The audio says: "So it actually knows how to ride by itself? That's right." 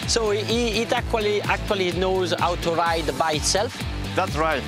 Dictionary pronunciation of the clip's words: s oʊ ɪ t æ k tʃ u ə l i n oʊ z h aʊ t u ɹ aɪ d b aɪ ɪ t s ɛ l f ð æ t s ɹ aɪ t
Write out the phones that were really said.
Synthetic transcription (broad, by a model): s oʊ ɪ t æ k tʃ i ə l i n oʊ z h aʊ t u ɹ aɪ d b aɪ ɪ t s ɛ l f ð æ t s ɹ aɪ t